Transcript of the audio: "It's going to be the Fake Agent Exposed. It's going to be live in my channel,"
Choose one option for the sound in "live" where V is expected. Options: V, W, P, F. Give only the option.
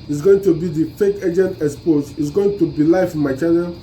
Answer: F